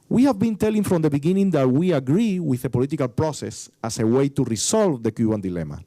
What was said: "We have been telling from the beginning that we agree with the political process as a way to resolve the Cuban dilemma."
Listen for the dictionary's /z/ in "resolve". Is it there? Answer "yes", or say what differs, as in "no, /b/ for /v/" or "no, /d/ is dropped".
no, /s/ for /z/